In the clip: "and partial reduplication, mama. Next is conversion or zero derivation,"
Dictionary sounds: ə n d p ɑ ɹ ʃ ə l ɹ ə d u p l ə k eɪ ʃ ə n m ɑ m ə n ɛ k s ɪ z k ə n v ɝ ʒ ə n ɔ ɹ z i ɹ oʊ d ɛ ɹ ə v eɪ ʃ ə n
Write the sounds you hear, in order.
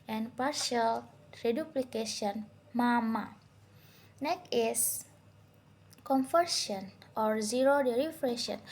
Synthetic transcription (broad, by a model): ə n p ɑ ɹ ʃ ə l ɹ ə d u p l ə k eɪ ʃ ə n m ɑ m ə n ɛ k ɪ s k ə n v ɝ s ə n ɔ ɹ z i ɹ oʊ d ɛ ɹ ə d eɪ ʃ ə n